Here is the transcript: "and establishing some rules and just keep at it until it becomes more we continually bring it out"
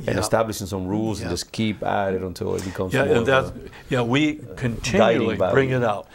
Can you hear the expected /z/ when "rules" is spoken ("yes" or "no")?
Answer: yes